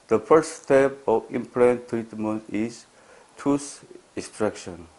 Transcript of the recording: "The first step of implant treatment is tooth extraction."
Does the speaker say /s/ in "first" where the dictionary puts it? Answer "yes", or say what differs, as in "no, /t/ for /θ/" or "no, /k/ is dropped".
no, /s/ is dropped